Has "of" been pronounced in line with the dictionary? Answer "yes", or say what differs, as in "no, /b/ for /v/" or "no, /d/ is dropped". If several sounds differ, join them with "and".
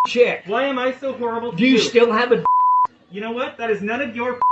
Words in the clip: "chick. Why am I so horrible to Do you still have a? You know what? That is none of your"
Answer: yes